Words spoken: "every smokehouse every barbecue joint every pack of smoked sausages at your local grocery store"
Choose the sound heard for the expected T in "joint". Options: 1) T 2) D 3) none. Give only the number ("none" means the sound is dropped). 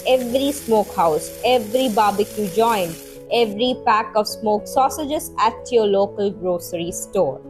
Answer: 3